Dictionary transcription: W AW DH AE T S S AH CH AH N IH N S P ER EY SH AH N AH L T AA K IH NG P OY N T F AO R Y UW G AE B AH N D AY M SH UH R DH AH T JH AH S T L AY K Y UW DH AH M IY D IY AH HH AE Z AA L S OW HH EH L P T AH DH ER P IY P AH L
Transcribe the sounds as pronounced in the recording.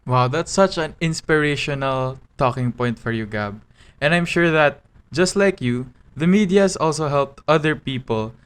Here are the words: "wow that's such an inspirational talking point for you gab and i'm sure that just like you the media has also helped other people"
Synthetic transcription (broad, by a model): W AW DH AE T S S AH CH AH N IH N S P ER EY SH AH N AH L T AA K IH NG P OY N T F AO R Y UW G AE B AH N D AY M SH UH R DH AH T JH AH S T L AY K Y UW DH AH M IY D IY AH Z AA L S OW HH EH L P T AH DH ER P IY P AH L